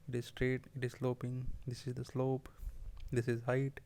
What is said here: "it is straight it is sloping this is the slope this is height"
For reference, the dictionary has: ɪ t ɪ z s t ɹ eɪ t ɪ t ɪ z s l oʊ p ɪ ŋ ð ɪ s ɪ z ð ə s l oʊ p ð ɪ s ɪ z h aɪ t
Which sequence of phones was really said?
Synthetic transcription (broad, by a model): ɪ t ɪ z s t ɹ eɪ t ɪ t ɪ z s l oʊ p ɪ ŋ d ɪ s ɪ z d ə s l oʊ p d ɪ s ɪ z h aɪ t